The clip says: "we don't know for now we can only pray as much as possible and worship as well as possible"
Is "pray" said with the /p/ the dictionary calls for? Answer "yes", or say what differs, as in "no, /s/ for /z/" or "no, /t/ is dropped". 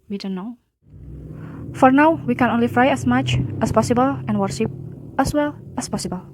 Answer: no, /f/ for /p/